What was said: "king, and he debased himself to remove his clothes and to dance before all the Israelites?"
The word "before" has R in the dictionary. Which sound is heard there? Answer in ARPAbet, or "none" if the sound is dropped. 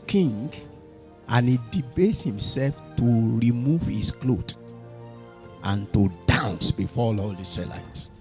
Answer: L